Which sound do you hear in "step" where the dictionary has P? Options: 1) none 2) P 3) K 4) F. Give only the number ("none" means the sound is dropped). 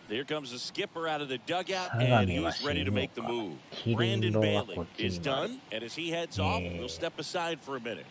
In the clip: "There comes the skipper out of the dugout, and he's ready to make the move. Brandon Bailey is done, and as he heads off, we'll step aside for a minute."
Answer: 2